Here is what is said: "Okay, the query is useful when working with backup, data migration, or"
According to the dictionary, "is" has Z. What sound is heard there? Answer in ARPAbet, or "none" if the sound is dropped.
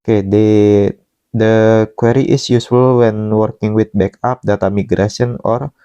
S